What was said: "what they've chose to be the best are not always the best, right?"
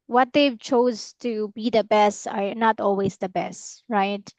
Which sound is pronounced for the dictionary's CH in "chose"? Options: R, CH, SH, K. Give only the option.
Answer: CH